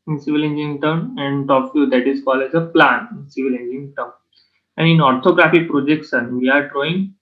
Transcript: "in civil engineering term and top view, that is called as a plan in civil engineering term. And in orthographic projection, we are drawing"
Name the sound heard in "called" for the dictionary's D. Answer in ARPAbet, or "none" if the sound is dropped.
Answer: none